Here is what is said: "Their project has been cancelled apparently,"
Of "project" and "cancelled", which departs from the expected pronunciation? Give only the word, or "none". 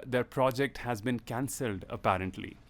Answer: none